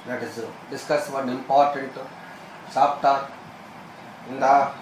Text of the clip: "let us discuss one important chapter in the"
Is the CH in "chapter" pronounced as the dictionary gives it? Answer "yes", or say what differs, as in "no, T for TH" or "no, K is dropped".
no, S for CH